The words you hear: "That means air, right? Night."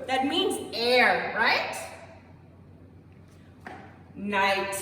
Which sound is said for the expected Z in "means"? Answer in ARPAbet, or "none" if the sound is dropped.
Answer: Z